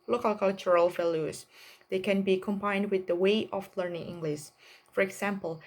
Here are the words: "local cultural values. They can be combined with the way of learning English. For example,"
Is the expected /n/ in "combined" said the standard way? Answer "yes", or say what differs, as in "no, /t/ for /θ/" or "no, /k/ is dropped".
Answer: yes